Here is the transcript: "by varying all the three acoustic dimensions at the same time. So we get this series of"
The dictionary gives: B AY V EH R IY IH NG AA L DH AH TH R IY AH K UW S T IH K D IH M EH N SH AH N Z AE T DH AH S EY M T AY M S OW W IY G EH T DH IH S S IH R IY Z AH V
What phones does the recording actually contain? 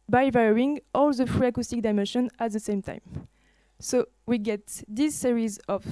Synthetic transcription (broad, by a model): B AY V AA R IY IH NG AA L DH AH F R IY AH K UW S T IH K D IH M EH N SH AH N AE T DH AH S EY M T AY M S OW W IY G EH T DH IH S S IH R IY Z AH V